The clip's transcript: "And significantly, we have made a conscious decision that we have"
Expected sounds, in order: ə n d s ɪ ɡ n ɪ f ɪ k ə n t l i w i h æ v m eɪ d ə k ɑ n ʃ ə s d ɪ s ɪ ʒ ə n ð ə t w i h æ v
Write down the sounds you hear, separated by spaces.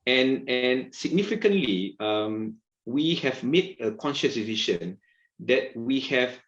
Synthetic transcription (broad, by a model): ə n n s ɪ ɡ n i f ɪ k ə n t l i w i h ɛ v m eɪ d ə k ɑ n ʃ ə s d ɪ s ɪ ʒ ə n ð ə t w i h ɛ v